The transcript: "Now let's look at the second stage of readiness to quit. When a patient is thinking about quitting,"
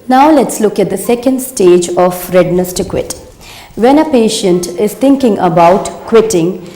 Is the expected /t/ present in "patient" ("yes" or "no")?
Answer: yes